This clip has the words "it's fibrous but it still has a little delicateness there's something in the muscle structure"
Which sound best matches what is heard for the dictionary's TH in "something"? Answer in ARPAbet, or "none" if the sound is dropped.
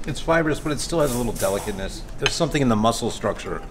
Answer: TH